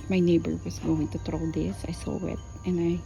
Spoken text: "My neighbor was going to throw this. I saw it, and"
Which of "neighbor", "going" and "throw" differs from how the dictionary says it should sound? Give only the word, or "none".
throw